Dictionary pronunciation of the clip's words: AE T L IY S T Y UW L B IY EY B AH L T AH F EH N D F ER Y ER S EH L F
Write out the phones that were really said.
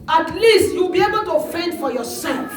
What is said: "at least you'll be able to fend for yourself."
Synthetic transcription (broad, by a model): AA T L IY S T Y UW W B IY EY B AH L T AH F EH N D F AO Y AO S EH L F